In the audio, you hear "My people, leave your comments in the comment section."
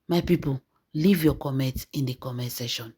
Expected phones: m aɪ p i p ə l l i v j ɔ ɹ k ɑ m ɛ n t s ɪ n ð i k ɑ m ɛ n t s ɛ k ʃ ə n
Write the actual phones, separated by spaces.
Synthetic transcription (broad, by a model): m aɪ p i p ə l l i v j ɔ k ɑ m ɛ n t ɪ n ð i k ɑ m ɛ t s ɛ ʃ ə n